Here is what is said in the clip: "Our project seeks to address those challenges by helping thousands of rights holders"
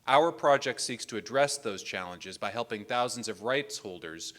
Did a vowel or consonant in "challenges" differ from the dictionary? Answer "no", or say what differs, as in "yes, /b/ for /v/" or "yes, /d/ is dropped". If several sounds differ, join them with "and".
no